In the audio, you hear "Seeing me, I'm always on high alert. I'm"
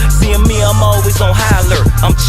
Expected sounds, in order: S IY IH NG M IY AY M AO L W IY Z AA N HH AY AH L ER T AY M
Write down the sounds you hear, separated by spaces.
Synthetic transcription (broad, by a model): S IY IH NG M IY AY M AO L W IY Z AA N HH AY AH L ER AY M